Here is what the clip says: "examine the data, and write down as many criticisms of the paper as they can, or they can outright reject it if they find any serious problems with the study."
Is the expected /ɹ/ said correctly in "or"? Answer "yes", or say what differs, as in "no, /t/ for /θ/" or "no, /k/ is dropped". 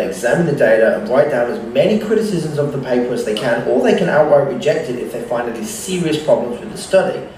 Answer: no, /l/ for /ɹ/